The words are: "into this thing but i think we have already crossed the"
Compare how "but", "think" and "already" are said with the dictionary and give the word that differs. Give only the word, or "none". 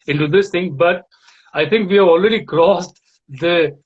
think